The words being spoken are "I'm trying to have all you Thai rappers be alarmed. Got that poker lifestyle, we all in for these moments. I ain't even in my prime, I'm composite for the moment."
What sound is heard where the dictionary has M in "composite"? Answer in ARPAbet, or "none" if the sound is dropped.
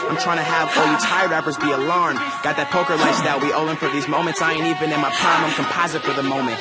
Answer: M